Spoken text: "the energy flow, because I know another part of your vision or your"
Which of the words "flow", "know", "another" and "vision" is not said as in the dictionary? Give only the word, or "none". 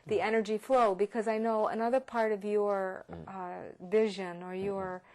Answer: none